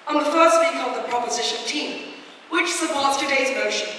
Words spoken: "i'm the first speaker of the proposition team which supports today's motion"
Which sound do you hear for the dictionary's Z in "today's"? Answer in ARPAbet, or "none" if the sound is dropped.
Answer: Z